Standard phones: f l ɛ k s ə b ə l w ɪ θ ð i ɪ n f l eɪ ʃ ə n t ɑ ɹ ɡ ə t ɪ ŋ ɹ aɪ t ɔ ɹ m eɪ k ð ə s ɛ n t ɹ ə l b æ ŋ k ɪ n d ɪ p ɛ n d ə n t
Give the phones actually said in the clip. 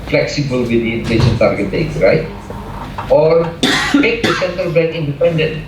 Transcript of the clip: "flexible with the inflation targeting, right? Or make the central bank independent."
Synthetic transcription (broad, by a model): f l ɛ k s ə b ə l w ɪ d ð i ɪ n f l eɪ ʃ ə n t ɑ ɹ ɡ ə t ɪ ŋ ɹ aɪ t ɔ ɹ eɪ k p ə s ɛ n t ə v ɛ k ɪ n d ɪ p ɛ n d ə n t